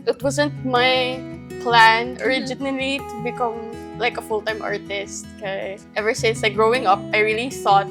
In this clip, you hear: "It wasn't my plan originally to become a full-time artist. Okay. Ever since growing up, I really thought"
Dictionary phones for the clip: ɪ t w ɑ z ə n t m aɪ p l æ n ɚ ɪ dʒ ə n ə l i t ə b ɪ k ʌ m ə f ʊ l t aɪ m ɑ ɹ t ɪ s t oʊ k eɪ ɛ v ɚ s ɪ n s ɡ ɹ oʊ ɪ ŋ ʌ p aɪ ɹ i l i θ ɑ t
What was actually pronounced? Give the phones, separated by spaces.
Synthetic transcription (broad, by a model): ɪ t w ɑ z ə n t m aɪ p l æ n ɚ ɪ dʒ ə n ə l i t ə b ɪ k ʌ m ə f ʊ l t aɪ m ɑ ɹ t ɪ s t k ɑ ɛ v ɚ s ɪ n s ɡ ɹ oʊ ɪ ŋ ʌ p aɪ ɹ i l i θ ɑ t